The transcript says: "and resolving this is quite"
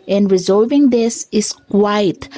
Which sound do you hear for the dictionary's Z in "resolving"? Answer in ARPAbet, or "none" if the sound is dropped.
Z